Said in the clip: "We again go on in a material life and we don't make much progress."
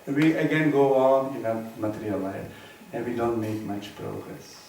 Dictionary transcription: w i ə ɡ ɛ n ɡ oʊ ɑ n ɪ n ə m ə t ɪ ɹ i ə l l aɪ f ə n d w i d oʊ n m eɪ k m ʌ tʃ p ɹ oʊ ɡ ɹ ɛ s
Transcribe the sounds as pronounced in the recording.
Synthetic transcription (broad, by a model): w i ə ɡ ɛ n ɡ oʊ ɑ n ɪ n ə m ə t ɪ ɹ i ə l l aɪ ə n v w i d oʊ n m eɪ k m ʌ tʃ p ɹ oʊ ɡ ɹ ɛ s